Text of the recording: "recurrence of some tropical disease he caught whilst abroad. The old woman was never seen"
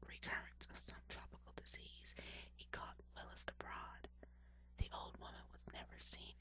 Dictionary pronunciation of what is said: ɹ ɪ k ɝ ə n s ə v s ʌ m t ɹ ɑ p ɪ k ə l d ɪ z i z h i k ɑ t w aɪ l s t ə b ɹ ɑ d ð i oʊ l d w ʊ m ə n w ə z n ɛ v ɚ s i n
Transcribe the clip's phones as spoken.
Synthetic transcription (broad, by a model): ɹ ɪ k ɝ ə n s ə v s ʌ m t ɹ ɑ p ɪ k l d ɪ z i z h i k ɑ t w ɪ l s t ə b ɹ ɑ d ð i oʊ l d w ʊ m ə n w ə z n ɛ v ɚ s i n